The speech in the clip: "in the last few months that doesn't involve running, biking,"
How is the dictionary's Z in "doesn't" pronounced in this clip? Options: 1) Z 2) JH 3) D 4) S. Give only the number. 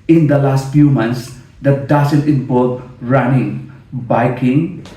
4